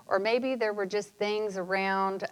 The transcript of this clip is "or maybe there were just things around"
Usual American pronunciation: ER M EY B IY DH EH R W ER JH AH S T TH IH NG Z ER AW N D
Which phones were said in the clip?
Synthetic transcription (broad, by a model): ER M EY B IY DH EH R W ER JH AH S T TH IH NG Z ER AW N D